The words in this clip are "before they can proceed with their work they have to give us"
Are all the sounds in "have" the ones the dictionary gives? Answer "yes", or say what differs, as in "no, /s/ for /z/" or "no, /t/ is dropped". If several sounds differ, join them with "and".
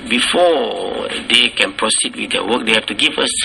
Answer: no, /f/ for /v/